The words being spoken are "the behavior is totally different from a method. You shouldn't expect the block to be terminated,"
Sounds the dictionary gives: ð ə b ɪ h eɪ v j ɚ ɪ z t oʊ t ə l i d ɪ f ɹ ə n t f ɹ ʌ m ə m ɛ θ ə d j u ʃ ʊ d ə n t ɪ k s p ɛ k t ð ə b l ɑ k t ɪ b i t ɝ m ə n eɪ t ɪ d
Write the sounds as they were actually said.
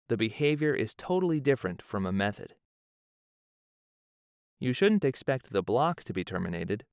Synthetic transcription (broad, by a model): ð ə b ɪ h eɪ v j ɚ ɪ z t oʊ t l i d ɪ f ɹ ə n t f ɹ ʌ m ə m ɛ θ ə d j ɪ ʃ ʊ d n t ɪ k s p ɛ k t ð ə b l ɑ k t ɪ b i t ɝ m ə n eɪ t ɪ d